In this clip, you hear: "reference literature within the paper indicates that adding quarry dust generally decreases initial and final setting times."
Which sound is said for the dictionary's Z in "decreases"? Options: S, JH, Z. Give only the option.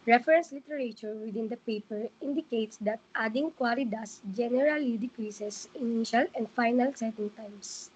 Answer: S